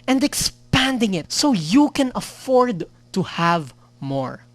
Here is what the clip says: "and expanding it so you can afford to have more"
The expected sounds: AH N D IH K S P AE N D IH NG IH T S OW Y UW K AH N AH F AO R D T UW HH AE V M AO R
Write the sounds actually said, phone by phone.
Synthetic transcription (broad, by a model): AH N D IH K S P AE N D IH NG IH T S OW Y UW K AH N AH F AO R D T UW HH AE V M AO R